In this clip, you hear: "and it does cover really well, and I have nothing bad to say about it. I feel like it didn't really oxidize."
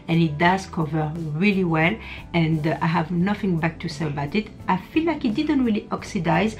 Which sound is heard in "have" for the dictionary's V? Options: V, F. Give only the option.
V